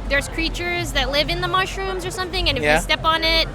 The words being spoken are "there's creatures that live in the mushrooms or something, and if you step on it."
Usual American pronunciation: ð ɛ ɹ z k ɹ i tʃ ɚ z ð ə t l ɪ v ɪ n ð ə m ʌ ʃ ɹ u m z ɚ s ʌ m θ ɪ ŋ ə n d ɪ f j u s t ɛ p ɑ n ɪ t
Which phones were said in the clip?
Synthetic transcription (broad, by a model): ð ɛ ɹ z k ɹ i tʃ ɚ z ð ə t l ɪ v ɪ n ð ə m ʌ ʃ ɹ u m z ɚ s ʌ m θ ɪ ŋ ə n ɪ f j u s t ɛ p n ɪ t